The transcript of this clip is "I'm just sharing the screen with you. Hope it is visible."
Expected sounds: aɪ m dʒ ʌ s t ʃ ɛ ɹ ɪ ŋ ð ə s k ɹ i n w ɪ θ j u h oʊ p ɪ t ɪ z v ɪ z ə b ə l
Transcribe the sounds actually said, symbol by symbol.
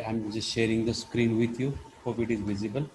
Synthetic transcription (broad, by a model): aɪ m dʒ ʌ s t ʃ ɛ ɹ ɪ ŋ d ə s k ɹ i n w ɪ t j u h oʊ f ɪ t ɪ z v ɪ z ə b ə l